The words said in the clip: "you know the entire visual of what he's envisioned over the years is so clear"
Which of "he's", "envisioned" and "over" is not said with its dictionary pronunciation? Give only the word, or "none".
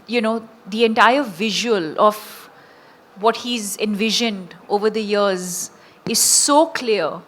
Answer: none